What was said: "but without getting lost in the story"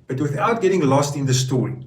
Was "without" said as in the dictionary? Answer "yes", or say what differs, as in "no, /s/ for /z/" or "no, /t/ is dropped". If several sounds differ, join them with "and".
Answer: yes